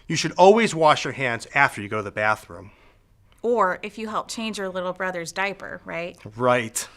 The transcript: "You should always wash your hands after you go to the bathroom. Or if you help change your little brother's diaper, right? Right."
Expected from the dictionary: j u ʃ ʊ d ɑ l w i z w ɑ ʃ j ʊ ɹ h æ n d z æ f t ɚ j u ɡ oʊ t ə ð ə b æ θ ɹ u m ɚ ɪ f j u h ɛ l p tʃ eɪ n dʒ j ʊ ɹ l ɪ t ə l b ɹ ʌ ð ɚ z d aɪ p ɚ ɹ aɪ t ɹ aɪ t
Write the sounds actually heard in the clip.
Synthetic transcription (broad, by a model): j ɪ ʃ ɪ d ɑ l w i z w ɑ ʃ j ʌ ɹ h æ n d z æ f t ɚ j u ɡ oʊ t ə ð ə b æ θ ɹ u m ɚ ɪ f j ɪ h ɛ l p tʃ eɪ n dʒ j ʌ ɹ l ɪ t l b ɹ ʌ ð ɚ z d aɪ p ɚ ɹ aɪ t ɹ aɪ t